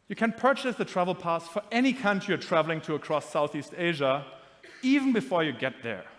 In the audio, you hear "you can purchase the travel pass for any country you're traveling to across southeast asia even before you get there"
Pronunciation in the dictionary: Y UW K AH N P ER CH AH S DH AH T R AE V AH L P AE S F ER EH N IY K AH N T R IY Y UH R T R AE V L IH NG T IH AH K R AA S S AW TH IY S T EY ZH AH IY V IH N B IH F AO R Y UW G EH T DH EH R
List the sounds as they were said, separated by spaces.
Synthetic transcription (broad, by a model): Y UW K AH N P ER CH AH S DH AH T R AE V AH L P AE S F ER EH N IY K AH N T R IY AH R T R AE V L IH NG T IH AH K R AA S S AW TH IY S T EY ZH AH IY V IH N B IH F AO R Y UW G EH T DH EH R